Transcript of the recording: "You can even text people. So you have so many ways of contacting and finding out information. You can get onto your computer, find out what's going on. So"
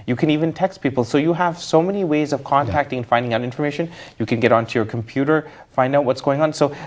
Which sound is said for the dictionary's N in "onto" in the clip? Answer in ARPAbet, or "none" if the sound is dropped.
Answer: N